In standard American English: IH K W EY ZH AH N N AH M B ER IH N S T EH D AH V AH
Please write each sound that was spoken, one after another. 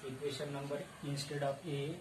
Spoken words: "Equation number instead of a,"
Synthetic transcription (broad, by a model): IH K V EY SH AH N N AH M B ER IH N S T EH D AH P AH